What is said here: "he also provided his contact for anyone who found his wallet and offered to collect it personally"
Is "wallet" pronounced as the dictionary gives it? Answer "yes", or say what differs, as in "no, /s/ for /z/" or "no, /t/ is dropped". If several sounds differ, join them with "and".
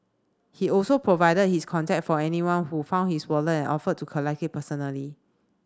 no, /t/ is dropped